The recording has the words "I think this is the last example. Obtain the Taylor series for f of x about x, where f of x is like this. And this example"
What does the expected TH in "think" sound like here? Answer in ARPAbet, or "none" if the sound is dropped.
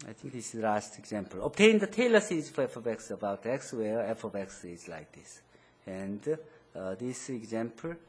T